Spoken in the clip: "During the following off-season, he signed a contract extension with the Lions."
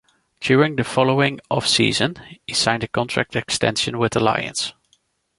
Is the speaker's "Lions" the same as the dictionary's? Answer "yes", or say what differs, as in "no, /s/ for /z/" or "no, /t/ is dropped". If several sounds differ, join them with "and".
no, /s/ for /z/